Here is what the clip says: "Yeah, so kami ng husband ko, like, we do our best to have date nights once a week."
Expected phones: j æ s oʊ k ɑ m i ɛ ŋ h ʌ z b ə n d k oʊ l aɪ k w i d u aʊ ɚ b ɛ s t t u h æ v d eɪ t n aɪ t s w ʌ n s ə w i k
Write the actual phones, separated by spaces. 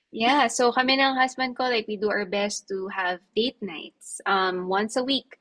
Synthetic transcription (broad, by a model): j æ s oʊ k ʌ m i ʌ ŋ h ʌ s b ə n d k oʊ l aɪ k w i d u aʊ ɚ b ɛ s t t u h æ v d eɪ t n aɪ t s w ʌ n s ə w i k